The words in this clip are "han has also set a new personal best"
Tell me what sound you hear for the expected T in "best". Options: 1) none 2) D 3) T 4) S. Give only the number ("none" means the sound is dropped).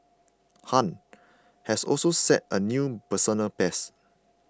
1